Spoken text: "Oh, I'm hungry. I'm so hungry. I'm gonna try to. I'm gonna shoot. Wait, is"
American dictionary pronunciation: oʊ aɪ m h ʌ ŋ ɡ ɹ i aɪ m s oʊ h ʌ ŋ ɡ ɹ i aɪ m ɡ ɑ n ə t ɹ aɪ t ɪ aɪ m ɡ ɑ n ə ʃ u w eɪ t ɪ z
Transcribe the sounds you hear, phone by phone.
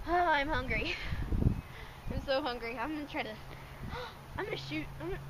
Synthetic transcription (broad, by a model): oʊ aɪ m h ʌ ŋ ɡ ɹ i aɪ m s oʊ h ʌ ŋ ɡ ɹ i aɪ m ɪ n t ɹ aɪ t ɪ aɪ m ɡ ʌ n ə ʃ u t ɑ ɪ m